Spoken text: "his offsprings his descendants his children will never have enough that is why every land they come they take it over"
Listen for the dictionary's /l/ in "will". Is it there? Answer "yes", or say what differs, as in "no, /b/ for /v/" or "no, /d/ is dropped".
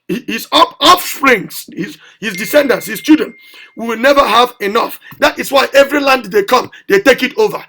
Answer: no, /w/ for /l/